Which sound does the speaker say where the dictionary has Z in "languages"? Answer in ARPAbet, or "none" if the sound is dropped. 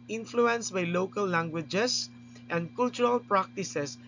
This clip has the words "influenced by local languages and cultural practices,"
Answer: S